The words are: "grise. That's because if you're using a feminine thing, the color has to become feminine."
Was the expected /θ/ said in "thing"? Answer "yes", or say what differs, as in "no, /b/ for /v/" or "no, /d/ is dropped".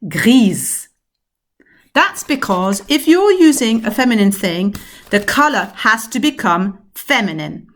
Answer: yes